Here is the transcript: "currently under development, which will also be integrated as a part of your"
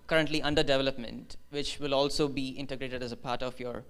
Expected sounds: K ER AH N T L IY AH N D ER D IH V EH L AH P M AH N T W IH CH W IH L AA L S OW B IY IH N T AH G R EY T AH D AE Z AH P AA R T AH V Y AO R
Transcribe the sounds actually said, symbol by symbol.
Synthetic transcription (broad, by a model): K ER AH N T L IY AH N D ER D IH V EH L AH P M AH N T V IH CH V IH L AA L S OW B IY IH N T AH G R EY T AH D AE Z AH P AA R T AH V Y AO R